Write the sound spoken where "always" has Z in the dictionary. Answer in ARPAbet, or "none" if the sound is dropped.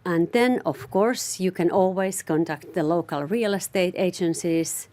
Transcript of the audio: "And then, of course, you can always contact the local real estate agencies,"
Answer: S